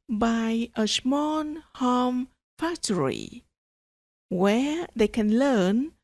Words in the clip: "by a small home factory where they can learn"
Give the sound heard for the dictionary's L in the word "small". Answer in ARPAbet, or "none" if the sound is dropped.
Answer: N